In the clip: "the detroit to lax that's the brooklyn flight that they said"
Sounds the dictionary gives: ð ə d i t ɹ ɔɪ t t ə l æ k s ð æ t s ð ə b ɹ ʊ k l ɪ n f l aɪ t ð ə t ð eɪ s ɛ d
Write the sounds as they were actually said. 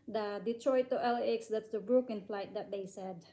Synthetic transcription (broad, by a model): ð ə d i t ɹ ɔɪ t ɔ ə l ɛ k s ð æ t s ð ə b ɹ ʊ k ɪ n f l aɪ t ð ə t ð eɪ s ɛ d